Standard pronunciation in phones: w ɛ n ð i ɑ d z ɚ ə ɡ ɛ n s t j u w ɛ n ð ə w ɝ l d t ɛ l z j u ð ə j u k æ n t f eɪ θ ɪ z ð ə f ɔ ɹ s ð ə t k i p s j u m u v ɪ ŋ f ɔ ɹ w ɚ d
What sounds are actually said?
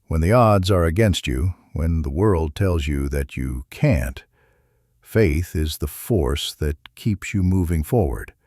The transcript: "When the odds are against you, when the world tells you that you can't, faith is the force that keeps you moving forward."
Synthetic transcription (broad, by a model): w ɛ n ð i ɑ d z ɚ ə ɡ ɛ n s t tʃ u w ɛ n ð ə w ɝ l d t ɛ l z j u ð ə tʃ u k æ n t f eɪ θ ɪ z ð ə f ɔ ɹ s ð ə t k i p s j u m u v ɪ ŋ f ɔ ɹ w ɚ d